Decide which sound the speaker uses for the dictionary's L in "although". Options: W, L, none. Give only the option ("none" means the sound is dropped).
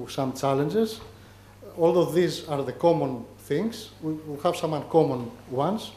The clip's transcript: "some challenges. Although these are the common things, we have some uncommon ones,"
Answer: L